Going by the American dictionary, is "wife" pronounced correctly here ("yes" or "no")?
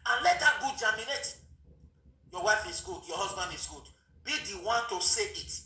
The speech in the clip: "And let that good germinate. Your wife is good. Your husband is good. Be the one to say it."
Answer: yes